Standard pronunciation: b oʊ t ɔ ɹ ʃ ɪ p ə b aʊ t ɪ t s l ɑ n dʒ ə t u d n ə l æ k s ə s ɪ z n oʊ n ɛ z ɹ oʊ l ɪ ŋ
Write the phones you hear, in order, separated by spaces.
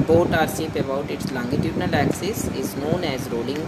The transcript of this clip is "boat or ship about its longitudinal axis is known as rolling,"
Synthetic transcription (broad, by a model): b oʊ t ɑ ɹ s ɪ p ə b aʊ t ɪ t s l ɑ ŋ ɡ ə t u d n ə l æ k s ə s ɪ z n oʊ n ɛ z ɹ oʊ l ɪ ŋ